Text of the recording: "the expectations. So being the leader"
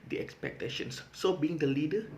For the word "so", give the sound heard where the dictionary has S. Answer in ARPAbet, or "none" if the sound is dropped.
S